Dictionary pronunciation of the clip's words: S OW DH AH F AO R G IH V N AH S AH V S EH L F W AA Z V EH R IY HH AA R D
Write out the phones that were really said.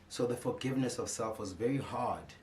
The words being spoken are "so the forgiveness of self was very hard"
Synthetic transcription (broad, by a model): S OW DH AH F AO R G IH V N AH S AH V S EH L F W AA Z V EH R IY HH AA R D